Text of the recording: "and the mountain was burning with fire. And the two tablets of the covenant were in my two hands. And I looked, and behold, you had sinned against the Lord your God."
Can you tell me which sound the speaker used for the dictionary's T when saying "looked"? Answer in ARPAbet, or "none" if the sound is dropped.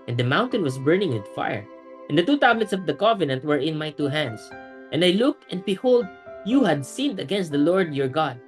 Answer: T